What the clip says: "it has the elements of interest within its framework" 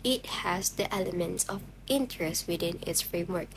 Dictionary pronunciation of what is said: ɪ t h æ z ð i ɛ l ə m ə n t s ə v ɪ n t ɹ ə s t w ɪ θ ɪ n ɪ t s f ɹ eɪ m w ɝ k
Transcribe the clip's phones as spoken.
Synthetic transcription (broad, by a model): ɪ t h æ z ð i ɛ l ə m ə n t s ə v ɪ n t ɹ ə s t w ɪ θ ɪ n ɪ t s f ɹ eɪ m w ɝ k